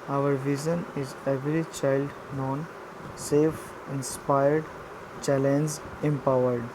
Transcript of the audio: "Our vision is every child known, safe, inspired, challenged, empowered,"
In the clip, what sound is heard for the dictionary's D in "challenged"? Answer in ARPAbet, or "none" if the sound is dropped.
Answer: none